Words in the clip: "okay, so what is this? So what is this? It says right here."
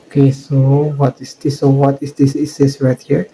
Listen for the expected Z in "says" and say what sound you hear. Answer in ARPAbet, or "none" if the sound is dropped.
S